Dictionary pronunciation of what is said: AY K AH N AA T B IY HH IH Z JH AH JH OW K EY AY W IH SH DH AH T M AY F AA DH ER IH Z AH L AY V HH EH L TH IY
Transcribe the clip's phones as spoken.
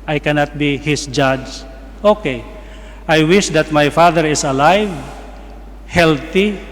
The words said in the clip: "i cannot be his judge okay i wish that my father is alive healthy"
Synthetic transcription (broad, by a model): AY K AH N AA T B IY HH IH S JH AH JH OW K EY AY W IH SH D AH T M AY F AA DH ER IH S AH L AY V HH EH L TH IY